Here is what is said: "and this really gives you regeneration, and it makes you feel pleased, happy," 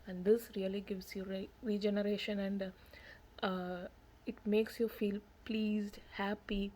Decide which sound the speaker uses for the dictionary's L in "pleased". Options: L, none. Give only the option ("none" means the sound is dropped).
L